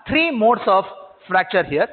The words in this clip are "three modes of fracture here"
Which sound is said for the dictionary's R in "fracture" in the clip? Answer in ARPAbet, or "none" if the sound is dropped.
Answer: R